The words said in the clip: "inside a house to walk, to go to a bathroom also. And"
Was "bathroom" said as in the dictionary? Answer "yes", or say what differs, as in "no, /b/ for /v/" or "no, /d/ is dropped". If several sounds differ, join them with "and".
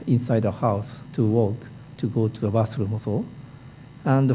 no, /s/ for /θ/